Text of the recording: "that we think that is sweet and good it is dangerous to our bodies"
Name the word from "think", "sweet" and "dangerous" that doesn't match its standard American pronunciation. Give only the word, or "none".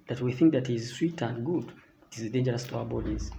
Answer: none